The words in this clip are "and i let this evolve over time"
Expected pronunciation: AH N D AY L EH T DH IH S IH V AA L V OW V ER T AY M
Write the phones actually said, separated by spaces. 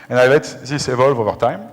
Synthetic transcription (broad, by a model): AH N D AY L EH T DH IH S IH V AA L V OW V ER T AY M